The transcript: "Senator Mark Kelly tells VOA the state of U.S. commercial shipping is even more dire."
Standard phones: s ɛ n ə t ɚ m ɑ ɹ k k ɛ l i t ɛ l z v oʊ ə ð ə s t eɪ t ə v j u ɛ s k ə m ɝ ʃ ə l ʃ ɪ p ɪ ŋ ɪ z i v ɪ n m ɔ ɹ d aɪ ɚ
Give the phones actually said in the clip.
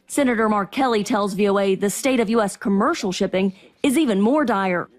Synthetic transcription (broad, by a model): s ɛ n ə t ɚ m ɑ ɹ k k ɛ l i t ɛ l z v oʊ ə ð ə s t eɪ t ə v j u ɛ s k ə m ɝ ʃ l ʃ ɪ p ɪ ŋ ɪ z i v ɪ n m ɔ ɹ d aɪ ɚ